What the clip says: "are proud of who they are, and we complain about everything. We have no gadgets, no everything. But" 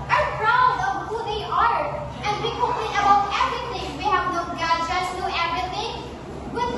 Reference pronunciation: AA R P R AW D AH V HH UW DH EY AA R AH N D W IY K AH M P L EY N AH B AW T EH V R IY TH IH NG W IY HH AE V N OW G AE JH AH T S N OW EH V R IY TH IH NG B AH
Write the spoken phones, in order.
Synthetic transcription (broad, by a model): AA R P R AW D AH V HH UW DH EY AA R AH N D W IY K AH P EY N AH B AW T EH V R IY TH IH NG W IY HH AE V N OW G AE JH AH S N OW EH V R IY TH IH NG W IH